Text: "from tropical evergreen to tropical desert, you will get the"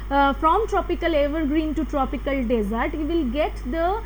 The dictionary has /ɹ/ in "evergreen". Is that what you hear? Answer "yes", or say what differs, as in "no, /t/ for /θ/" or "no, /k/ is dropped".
yes